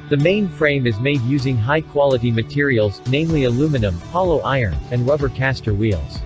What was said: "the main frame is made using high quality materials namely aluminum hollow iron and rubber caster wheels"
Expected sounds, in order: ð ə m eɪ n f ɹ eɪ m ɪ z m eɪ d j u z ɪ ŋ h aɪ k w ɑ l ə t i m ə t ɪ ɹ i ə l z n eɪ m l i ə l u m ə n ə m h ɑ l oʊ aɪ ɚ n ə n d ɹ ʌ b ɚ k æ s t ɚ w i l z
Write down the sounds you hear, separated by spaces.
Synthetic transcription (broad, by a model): ð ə m eɪ n f ɹ eɪ m ɪ z m eɪ d j u z ɪ ŋ h aɪ k w ɑ l ə t i m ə t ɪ ɹ i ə l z n eɪ m l i ə l u m ə n ə m h ɑ l oʊ aɪ ɚ n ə n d ɹ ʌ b ɚ k æ s t ɚ w i l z